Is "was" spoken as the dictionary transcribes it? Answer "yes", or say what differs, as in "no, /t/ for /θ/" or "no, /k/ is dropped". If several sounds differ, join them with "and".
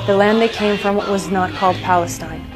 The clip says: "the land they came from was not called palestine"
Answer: yes